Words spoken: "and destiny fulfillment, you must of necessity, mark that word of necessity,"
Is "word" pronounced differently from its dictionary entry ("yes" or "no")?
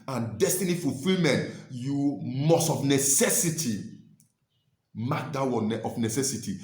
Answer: yes